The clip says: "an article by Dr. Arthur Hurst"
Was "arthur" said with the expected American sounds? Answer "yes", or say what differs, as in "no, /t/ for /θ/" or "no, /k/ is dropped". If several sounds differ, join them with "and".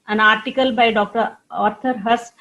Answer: no, /t/ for /θ/